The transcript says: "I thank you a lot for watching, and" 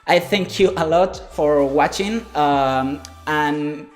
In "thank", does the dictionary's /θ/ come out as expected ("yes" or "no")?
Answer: yes